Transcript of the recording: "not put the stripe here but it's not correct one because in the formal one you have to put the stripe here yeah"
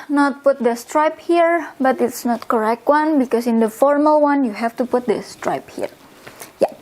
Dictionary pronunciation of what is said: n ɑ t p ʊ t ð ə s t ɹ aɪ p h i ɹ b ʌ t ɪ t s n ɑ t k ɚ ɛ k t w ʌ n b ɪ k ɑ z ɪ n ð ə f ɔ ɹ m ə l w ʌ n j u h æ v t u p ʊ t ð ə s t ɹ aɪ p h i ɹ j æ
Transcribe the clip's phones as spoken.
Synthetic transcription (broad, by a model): n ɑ t p ʊ t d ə s t ɹ aɪ p h i ɹ b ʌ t ɪ t s n ɑ t k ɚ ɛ k t w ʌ n b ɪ k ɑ s ɪ n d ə f ɔ ɹ m ə l w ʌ n j u h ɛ f t u p ʊ t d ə s t ɹ aɪ p h i ɹ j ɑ